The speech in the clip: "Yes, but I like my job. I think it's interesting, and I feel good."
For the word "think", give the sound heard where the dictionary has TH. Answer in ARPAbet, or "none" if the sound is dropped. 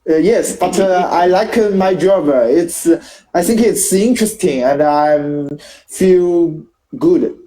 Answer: TH